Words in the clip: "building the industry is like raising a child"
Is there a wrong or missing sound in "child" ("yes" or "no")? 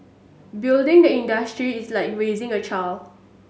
yes